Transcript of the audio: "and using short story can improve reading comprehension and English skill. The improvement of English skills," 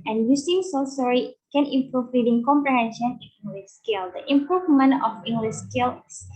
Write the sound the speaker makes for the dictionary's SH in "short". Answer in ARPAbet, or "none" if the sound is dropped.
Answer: S